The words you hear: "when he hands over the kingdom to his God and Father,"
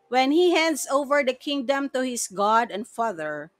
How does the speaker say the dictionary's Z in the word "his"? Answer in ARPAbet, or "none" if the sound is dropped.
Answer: S